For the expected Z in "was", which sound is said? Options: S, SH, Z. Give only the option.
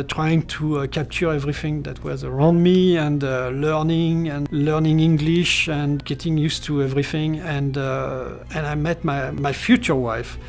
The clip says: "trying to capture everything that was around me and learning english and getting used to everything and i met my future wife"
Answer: Z